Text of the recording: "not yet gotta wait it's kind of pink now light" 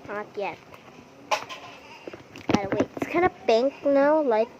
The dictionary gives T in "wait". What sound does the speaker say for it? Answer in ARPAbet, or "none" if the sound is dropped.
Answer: none